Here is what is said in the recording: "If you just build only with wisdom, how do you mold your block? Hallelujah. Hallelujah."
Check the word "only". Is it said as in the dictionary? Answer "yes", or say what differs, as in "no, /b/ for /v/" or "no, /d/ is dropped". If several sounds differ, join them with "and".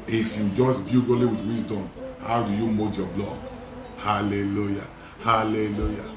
no, /n/ is dropped